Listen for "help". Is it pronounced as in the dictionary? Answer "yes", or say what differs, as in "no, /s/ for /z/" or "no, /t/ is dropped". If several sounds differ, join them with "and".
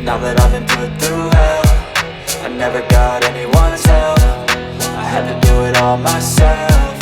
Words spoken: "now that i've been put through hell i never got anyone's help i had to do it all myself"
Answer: no, /f/ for /p/